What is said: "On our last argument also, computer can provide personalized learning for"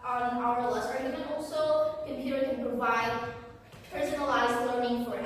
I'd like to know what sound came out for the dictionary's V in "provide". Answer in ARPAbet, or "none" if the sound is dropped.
V